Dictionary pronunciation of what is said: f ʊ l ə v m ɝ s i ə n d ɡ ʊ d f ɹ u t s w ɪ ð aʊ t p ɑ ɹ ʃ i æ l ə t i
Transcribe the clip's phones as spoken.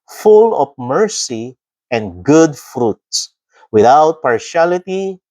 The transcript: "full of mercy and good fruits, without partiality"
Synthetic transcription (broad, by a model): f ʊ l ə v m ɝ s i ə n d ɡ ʊ d f ɹ u t s w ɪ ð aʊ t p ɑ ɹ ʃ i l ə t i